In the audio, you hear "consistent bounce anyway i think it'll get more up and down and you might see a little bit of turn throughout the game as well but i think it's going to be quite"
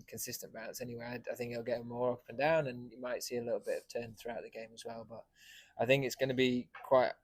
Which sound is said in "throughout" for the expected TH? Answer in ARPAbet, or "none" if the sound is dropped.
TH